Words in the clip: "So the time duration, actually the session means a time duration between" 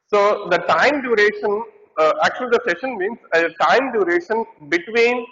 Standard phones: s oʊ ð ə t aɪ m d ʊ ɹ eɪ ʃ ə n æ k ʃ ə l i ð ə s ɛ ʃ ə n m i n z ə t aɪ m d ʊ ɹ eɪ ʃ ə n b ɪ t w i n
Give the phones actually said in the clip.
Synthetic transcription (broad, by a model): s oʊ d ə t aɪ m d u ɹ eɪ ʃ ə n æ k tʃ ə l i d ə s ɛ ʃ ə n m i n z ə t aɪ m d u ɹ eɪ ʃ ə n b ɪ t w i n